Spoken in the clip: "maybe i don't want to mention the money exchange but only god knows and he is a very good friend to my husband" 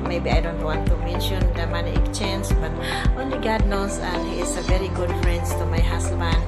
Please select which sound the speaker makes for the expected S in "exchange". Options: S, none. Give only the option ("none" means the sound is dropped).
none